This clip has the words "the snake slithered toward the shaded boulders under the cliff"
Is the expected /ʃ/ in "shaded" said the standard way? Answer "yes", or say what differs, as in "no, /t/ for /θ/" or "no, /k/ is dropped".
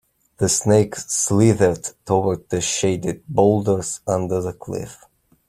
yes